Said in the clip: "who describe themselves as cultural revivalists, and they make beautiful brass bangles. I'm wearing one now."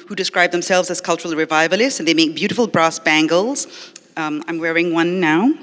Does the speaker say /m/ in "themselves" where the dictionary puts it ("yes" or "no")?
yes